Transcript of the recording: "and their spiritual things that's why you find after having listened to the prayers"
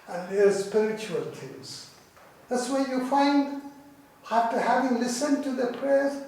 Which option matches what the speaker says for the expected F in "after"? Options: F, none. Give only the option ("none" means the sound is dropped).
none